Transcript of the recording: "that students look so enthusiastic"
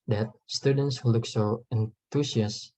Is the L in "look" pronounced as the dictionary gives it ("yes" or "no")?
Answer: yes